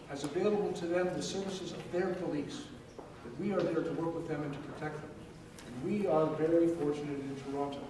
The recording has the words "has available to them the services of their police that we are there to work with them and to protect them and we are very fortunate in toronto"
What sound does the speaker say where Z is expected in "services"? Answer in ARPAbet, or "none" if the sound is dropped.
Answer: Z